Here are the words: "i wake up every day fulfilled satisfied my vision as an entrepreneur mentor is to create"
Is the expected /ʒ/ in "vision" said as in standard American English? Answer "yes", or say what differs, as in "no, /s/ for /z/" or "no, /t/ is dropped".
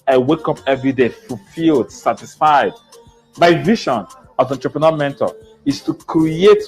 no, /ʃ/ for /ʒ/